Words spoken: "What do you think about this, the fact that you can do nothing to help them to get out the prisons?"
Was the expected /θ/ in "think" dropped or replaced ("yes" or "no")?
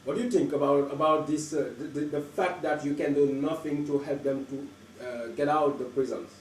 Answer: yes